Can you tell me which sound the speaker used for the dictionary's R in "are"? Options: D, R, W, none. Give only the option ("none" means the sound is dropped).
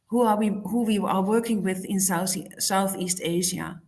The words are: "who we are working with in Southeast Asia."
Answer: W